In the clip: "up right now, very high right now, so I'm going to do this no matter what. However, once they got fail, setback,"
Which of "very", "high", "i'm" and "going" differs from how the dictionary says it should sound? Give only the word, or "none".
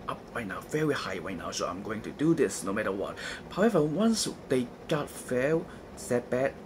none